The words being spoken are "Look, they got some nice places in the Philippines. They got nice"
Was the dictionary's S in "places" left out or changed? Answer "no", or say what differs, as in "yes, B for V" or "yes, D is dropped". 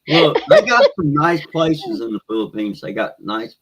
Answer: no